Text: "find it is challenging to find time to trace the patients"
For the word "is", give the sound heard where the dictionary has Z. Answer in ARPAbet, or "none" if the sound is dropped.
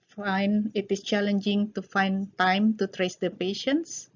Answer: S